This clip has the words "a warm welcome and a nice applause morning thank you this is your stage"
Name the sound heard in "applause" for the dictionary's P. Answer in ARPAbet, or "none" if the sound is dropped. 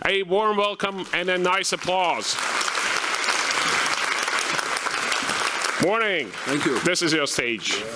P